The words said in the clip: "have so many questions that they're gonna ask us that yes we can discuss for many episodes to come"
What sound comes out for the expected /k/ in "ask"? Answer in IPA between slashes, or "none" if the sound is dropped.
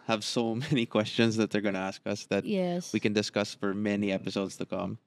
/k/